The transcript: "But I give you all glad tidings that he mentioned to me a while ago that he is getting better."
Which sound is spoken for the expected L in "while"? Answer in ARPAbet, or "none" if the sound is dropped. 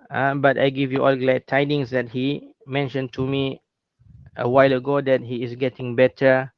L